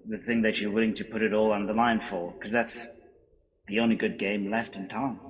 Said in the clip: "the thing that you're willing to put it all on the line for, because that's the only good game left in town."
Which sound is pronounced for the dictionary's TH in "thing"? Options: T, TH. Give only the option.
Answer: TH